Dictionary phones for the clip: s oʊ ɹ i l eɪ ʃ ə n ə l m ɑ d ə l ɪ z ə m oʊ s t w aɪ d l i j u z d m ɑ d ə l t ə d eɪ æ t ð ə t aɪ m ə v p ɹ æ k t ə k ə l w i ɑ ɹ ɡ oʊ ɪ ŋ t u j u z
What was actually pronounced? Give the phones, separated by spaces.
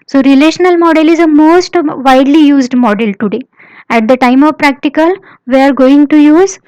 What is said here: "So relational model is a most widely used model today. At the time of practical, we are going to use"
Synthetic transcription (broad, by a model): s oʊ ɹ i l eɪ ʃ ə n ə l m ɑ d ə l ɪ z ə m oʊ s t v aɪ d l i j u z d m ɑ d ə l t ə d eɪ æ t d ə t aɪ m ə v p ɹ æ k t ə k ə l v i ɑ ɹ ɡ oʊ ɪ ŋ t u j u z